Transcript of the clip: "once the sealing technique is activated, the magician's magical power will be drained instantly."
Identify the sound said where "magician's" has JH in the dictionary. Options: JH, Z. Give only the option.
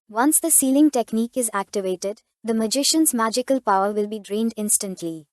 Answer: JH